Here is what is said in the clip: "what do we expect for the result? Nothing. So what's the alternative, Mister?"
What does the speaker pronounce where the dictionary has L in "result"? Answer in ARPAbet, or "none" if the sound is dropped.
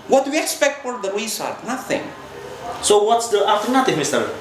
none